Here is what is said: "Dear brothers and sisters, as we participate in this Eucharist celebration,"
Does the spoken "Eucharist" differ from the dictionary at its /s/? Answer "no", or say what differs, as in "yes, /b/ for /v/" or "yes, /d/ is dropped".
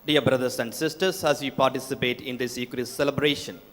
yes, /s/ is dropped